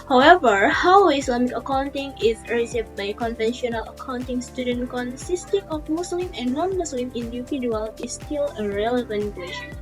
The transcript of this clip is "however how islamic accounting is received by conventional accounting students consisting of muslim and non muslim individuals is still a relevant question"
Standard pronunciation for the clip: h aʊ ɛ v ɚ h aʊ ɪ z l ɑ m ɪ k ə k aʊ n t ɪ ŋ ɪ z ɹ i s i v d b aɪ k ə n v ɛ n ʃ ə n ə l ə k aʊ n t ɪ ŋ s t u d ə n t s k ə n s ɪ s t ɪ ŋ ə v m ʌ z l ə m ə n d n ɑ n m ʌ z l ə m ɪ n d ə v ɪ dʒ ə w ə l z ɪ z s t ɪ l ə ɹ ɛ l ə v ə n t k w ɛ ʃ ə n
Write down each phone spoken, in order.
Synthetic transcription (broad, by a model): h aʊ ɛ v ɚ h aʊ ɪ s l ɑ m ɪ k ə k aʊ n t ɪ ŋ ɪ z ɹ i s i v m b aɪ k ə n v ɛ n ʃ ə n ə l ə k aʊ n t ɪ ŋ s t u d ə n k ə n s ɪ s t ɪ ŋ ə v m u s l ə m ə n n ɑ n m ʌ s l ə m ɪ n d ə p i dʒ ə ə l ɪ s t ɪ l ə ɹ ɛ l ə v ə n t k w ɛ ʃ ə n